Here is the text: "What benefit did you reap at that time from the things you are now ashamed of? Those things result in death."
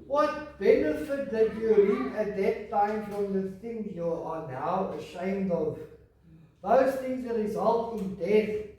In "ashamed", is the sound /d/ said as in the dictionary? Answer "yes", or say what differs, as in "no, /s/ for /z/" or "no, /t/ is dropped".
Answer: yes